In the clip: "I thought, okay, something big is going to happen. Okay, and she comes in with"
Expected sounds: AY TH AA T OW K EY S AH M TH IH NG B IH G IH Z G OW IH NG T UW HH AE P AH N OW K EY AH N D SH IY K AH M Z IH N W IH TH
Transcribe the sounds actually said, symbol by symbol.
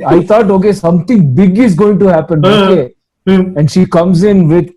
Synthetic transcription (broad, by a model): AY T AA T OW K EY S AH M T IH NG B IH G IH Z G OW IH NG T UW HH AE P AH N OW K EY AH N D SH IY K AH M Z IH N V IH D